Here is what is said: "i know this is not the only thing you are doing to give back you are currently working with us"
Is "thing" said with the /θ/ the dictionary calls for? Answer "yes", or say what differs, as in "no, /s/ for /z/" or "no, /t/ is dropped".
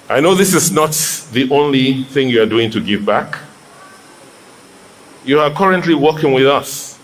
yes